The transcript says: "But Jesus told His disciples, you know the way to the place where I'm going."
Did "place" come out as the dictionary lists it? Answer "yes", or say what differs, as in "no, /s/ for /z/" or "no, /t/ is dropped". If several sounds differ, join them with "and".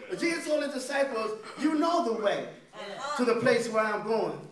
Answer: yes